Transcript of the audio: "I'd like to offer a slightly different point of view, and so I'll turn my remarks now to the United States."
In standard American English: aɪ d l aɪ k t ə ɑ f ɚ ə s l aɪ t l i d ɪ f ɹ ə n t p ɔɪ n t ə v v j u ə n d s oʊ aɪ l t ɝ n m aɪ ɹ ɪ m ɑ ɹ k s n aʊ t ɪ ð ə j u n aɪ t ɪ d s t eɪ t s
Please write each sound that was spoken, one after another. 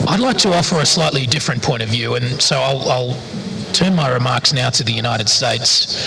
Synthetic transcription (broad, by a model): aɪ d l aɪ k t ə ɑ f ɚ ə s l aɪ t l i d ɪ f ɹ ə n p ɔɪ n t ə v v j u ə n s oʊ aɪ l t ɝ n m aɪ ɹ ɪ m ɑ ɹ k s n aʊ t ɪ ð ə j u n aɪ t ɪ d s t eɪ t s